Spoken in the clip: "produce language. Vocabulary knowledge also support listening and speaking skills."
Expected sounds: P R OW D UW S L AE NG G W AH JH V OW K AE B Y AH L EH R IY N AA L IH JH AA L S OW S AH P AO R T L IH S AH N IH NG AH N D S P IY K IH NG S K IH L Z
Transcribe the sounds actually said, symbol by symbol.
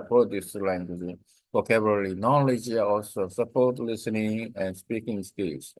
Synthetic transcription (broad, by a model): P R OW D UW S L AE NG G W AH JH P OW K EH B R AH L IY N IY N L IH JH AA L S OW S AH P AO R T L IH S AH N IH NG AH N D S P IY K IH NG S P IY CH